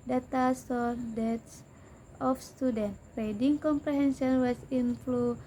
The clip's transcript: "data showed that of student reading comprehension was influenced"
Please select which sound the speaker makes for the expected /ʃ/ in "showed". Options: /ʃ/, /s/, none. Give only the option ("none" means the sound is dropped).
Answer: /s/